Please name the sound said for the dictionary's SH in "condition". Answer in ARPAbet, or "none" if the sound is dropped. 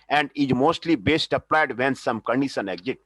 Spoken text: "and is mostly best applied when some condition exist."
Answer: S